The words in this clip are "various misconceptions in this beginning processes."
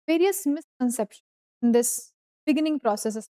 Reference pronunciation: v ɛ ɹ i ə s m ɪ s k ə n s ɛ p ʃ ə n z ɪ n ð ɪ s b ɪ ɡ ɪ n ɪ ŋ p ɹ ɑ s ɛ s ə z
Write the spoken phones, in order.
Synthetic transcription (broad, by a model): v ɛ ɹ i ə s m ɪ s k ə n s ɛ p ʃ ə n ɪ n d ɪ s b ɪ ɡ ɪ n ɪ ŋ p ɹ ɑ s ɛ s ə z